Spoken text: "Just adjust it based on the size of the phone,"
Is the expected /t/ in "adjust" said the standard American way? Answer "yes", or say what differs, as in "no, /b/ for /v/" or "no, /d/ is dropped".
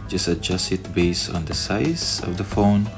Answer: no, /t/ is dropped